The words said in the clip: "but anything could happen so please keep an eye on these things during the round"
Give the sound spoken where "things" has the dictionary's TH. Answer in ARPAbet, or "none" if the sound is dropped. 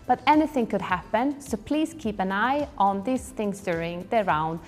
TH